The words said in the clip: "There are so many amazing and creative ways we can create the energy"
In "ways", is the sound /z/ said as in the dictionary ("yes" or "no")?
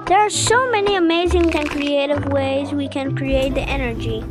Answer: yes